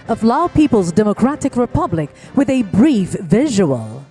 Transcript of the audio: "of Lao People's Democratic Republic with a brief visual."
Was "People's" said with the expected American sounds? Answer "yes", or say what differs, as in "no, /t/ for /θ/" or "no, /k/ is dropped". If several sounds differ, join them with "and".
yes